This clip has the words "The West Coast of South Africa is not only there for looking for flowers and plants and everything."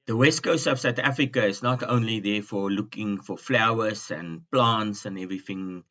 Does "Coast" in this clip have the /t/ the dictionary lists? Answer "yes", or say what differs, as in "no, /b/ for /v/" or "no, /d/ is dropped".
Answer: no, /t/ is dropped